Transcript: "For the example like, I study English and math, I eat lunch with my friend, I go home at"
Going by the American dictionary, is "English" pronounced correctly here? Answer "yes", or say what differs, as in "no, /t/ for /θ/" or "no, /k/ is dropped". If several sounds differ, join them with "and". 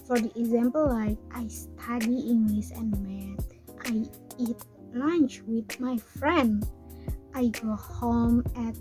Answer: no, /s/ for /ʃ/